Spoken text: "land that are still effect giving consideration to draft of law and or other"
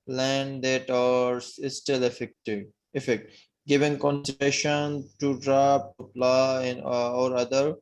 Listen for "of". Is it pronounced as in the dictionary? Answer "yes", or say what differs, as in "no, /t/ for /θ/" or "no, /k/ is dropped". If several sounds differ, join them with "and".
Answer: no, /p/ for /v/